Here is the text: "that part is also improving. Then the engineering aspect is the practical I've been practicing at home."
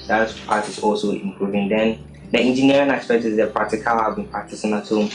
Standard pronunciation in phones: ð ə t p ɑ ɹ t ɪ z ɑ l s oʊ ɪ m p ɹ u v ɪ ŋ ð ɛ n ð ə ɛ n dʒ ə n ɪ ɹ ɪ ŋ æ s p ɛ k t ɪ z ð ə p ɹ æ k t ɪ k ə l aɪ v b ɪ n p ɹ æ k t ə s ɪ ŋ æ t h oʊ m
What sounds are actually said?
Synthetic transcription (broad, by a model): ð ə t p ɑ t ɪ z ɑ l s oʊ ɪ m p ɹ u v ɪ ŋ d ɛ n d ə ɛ n dʒ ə n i ɹ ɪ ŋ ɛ s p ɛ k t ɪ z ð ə p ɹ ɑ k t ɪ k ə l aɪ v b ɪ n p ɑ t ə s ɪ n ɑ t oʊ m